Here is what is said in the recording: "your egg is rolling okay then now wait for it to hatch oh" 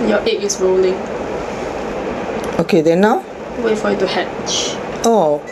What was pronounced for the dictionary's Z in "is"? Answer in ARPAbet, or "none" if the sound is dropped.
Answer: S